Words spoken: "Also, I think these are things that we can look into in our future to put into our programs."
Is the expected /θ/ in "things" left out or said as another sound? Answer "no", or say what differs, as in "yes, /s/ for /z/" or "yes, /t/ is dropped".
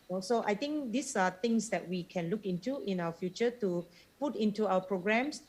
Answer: yes, /t/ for /θ/